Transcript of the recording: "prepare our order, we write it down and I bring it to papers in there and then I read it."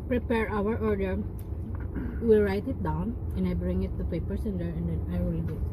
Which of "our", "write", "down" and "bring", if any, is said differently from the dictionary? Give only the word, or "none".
none